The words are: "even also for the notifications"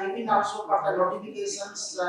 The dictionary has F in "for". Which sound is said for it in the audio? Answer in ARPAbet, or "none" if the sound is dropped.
P